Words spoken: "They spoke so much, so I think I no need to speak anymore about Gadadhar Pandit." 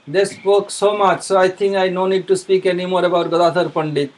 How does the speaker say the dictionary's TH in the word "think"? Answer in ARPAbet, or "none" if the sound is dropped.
T